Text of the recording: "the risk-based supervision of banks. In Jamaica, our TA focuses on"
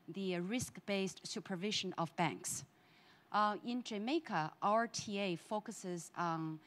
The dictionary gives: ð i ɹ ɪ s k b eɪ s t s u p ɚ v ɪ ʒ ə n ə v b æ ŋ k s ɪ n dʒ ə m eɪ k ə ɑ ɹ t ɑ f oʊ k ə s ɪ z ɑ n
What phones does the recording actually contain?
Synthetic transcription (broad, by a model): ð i ɹ ɪ s k b eɪ s t s u p ɚ v ɪ ʒ ə n ə v b æ ŋ k s ɪ n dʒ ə m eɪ k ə ɑ ɹ t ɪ f oʊ k ə s ɪ z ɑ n